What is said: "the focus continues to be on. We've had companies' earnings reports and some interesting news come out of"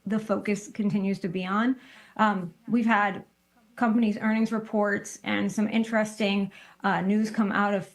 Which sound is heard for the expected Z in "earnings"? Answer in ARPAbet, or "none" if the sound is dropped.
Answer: Z